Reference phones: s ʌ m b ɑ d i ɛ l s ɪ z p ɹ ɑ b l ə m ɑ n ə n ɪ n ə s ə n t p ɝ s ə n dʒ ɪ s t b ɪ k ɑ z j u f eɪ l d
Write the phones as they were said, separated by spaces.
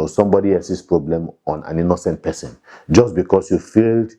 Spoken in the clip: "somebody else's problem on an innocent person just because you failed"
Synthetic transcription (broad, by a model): s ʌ m b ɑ d i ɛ s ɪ s p ɹ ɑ b l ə m ɑ n ə n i n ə s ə n t p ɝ s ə n dʒ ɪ s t b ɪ k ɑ s j u f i l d